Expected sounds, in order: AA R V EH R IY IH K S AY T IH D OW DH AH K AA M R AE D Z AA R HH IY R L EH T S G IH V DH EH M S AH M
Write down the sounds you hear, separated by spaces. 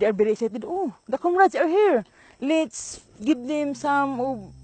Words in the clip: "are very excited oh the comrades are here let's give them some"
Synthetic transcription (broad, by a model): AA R B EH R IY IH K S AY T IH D OW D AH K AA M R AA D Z AA R HH IY R L EH T S G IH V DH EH M S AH M